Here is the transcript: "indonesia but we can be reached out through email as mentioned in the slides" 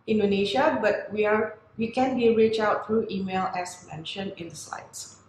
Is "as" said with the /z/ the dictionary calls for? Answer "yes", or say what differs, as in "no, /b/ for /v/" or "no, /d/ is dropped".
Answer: no, /s/ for /z/